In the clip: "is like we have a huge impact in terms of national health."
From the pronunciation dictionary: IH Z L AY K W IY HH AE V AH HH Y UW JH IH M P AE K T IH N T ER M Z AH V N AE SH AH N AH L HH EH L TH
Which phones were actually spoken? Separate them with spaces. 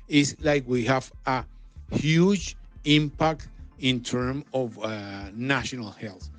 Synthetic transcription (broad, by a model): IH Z L AY K W IY HH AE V AH HH Y UW JH IH M P AE K T IH N T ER M AH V N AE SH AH N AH L HH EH L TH